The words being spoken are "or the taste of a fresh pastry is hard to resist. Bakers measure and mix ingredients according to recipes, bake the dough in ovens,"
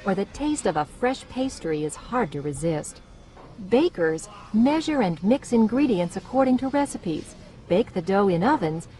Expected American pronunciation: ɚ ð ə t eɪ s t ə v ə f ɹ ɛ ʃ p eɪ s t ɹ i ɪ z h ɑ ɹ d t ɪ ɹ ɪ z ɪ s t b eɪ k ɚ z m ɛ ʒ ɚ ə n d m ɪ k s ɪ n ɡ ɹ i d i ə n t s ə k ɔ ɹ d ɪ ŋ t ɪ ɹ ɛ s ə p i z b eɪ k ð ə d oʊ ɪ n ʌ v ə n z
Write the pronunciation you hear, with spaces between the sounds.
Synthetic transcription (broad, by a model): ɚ ð ə t eɪ s t ə v ə f ɹ ɛ ʃ p eɪ s t ɹ i ɪ z h ɑ ɹ d t ɪ ɹ ɪ z ɪ s t b eɪ k ɚ z m ɛ ʒ ɚ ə n m ɪ k s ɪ n ɡ ɹ i d i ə n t s ə k ɔ ɹ d ɪ ŋ t ɪ ɹ ɛ s ə p i z b eɪ k ð ə d oʊ ɪ n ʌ v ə n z